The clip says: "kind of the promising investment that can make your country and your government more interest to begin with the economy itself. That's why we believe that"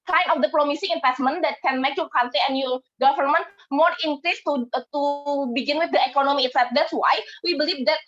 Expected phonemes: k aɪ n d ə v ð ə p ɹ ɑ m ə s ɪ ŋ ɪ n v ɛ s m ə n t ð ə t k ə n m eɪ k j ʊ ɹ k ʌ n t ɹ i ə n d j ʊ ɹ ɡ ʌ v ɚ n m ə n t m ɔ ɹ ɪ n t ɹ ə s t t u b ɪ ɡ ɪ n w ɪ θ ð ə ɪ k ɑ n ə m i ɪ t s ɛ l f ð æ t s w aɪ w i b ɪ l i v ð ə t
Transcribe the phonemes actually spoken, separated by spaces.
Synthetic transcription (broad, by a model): k aɪ n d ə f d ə p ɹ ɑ m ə s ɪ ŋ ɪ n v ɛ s m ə n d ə t k ə n m eɪ k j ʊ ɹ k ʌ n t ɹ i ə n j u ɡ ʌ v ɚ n m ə n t m ɔ ɹ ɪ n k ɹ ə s t t u b ɪ ɡ ɪ n w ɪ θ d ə ɪ k ɑ n ə m i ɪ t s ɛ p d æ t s w aɪ w i b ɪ l i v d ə t